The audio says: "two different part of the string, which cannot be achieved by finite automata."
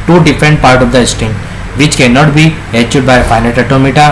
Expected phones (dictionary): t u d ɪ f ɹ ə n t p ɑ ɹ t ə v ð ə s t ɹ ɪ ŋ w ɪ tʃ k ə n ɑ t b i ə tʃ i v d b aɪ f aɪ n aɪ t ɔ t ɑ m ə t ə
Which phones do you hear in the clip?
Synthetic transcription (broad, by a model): t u d ɪ f ɹ ə n t p ɑ ɹ t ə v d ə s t ɪ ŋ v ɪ tʃ k ə n ɑ t b i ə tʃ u d b aɪ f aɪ n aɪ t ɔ t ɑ m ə t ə